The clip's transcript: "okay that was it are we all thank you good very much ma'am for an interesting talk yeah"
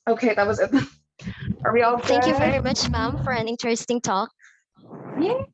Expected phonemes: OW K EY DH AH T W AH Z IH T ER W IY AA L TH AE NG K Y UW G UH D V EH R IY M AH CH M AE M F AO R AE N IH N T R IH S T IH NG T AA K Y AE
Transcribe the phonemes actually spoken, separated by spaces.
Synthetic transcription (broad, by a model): OW K EY DH AH T W AH Z IH T ER W IY AA L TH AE NG K Y UW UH V EH R IY M AH CH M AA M F AO R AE N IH N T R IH S T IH NG T AA K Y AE